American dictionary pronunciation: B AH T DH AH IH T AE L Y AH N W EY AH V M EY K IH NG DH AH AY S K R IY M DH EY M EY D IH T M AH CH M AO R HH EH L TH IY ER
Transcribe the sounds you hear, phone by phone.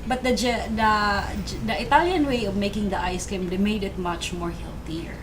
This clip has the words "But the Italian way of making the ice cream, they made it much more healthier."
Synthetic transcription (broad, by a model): B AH T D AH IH T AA L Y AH N W EY AH V M EY K IH NG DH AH AY S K IY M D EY M EY D IH T M AH CH M AO R HH EH L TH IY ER